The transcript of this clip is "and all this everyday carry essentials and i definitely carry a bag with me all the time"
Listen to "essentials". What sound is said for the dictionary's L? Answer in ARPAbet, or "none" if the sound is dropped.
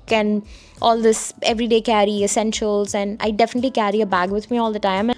L